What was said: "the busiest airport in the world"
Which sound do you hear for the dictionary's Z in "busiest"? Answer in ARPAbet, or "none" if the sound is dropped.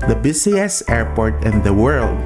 S